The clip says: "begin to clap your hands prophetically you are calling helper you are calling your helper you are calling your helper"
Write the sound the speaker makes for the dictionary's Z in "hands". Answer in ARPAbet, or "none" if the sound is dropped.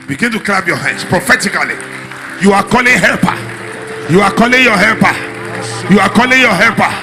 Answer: S